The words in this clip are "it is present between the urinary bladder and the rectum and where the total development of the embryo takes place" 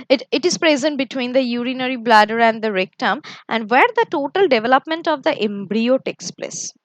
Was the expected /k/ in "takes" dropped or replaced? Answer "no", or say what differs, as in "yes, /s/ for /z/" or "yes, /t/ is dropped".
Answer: no